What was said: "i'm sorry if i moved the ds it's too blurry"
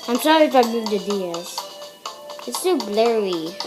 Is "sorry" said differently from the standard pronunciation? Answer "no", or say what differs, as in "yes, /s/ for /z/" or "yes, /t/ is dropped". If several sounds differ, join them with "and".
yes, /ɹ/ is dropped